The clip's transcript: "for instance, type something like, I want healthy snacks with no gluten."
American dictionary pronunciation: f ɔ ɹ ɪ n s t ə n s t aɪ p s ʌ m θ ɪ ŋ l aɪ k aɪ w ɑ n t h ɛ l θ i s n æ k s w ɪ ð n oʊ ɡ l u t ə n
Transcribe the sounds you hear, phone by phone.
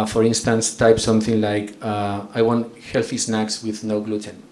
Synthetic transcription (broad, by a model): f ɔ ɹ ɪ n s t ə n s t aɪ p s ʌ m θ ɪ ŋ l aɪ k aɪ w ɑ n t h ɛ l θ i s n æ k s w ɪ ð n oʊ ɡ l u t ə n